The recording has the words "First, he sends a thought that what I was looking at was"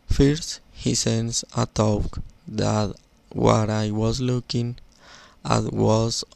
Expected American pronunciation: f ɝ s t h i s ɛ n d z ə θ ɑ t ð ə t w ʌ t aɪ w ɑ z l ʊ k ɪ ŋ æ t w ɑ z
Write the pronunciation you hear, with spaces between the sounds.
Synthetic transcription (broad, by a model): f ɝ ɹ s h i s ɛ n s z ə t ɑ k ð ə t w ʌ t aɪ w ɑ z l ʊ k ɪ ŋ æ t w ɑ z